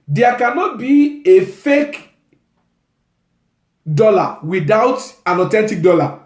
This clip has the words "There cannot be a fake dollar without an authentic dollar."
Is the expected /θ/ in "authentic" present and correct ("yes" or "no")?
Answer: no